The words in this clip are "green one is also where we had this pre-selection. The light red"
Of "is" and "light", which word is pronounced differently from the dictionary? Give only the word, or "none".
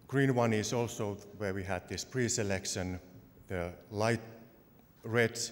is